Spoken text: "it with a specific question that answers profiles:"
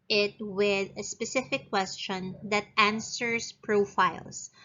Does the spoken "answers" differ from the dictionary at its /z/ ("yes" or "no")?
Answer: yes